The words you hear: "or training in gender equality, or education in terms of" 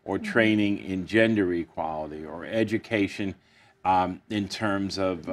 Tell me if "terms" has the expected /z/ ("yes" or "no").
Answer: yes